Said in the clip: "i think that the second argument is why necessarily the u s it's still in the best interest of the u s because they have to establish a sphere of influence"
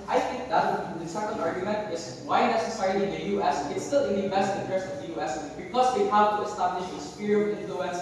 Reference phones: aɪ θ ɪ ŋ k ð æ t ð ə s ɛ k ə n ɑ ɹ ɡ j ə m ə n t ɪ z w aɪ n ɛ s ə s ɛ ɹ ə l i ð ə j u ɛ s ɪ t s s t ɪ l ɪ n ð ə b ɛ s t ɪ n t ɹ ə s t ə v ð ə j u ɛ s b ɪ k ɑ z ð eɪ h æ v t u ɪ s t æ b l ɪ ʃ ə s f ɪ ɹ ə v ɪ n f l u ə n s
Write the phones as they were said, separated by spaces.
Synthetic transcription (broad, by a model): aɪ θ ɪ ŋ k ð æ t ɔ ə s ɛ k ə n ɑ ɹ ɡ j ə m ə n t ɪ s w aɪ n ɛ s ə s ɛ ɹ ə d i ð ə j u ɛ s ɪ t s s t ɪ l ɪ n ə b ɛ s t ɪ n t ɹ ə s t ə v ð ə j u ɛ s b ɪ k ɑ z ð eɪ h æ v t u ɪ s t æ b l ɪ ʃ ə s p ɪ ɹ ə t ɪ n f l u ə n s